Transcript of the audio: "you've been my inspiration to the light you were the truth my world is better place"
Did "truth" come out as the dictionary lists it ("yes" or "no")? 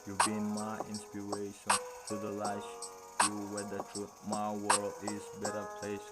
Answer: no